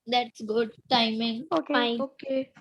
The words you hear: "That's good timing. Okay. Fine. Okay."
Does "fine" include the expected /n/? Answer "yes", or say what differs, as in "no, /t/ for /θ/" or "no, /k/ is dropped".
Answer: no, /n/ is dropped